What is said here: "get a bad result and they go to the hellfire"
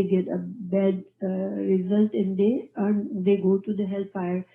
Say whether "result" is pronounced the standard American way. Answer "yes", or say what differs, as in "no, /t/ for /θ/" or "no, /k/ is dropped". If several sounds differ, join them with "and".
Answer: yes